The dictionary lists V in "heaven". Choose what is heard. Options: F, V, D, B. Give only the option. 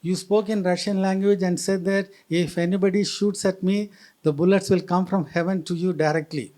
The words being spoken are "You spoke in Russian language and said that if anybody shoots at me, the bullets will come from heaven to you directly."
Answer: V